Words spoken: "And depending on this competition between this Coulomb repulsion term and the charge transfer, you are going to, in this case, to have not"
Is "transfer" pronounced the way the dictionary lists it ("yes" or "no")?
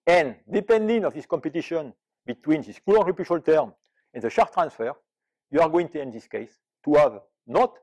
yes